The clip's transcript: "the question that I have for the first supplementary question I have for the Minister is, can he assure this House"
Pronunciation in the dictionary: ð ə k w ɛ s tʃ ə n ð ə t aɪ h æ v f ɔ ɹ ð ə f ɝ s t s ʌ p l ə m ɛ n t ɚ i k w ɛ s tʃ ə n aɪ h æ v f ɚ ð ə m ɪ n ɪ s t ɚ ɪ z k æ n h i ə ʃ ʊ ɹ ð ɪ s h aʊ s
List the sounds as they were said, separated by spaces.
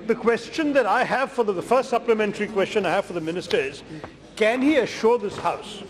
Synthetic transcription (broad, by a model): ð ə k w ɛ s tʃ ə n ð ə t aɪ h æ v f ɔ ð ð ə f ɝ s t s ʌ p l ə m ɛ n t ɚ i k w ɛ s tʃ ə n aɪ h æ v f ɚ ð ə m ɪ n ɪ s t ɚ ɪ z k æ n h i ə ʃ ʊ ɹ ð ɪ s h aʊ s